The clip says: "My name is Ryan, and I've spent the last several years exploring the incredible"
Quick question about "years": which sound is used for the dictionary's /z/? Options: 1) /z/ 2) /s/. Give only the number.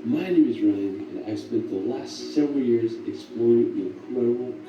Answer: 1